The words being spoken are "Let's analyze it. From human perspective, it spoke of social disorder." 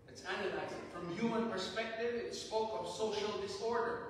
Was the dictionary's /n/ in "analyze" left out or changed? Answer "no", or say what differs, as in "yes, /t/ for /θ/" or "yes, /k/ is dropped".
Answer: no